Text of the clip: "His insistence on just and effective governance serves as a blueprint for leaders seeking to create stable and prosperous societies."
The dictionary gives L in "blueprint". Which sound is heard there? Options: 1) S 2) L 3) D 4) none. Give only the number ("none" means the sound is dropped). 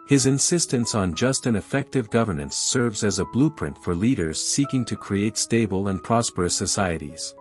2